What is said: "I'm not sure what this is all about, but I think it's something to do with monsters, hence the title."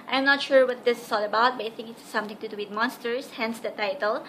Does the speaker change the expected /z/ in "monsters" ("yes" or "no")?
yes